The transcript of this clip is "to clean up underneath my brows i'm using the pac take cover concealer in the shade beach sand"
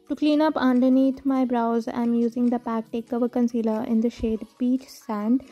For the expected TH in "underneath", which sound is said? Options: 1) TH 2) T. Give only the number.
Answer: 2